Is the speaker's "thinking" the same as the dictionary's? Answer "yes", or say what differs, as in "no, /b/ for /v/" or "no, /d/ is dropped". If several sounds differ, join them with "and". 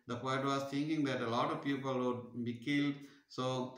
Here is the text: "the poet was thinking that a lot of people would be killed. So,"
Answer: no, /t/ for /θ/